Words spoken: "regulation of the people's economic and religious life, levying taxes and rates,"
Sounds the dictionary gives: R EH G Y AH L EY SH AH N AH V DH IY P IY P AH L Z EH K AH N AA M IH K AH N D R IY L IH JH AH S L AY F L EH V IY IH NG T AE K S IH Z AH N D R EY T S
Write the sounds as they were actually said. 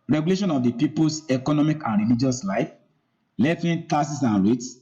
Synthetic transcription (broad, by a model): R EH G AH L EY SH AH N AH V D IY P IY P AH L S EH K AH N AA M IH K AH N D R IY L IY JH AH S L AY F L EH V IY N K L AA S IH S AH N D R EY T S